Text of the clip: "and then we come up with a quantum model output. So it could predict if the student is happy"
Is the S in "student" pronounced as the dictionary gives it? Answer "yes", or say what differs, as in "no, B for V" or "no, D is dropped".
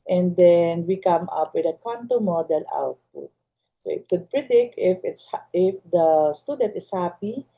yes